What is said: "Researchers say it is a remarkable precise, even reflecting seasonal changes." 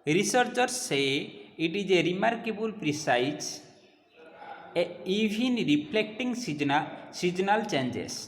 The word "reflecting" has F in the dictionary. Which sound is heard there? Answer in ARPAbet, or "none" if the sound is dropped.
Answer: P